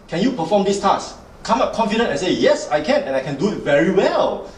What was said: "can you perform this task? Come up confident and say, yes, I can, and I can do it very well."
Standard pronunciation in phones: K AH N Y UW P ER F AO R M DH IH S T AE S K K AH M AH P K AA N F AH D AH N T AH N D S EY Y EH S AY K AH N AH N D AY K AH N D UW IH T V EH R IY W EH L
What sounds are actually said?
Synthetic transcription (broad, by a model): K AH N Y UW P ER F AO M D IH S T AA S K K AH M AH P K AA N F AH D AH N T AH N S EY Y EH S AY K AH N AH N AY K AH N D UW IH T V EH R IY W EH L